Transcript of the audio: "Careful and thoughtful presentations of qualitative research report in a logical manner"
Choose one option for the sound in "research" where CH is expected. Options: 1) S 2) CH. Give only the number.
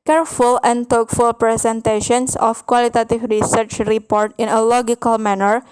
2